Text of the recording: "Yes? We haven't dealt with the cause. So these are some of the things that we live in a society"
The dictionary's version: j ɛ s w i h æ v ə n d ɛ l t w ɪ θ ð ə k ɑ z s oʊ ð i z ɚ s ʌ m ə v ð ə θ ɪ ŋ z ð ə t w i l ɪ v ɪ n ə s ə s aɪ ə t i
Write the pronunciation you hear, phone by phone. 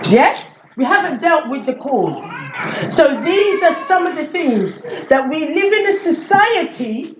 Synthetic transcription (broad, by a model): j ɛ s w i h æ v ə n d ɛ l t w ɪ ð ə k ɑ z s oʊ ð i z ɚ s ʌ m ə v ð ə θ ɪ ŋ z ð ə t w i l ɪ v ɪ n ə s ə s aɪ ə t i